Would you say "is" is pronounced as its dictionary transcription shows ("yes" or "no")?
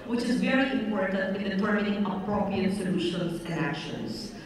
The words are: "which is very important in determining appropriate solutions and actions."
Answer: yes